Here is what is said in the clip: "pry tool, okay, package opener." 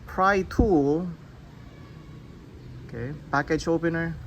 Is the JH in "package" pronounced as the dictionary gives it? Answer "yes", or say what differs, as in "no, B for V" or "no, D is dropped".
no, CH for JH